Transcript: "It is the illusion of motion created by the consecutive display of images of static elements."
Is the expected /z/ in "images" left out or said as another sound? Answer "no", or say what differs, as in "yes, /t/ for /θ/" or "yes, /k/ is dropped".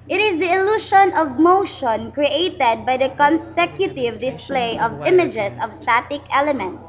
yes, /s/ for /z/